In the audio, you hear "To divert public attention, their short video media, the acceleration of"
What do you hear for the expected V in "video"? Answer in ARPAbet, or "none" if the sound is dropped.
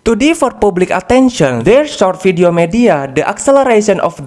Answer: F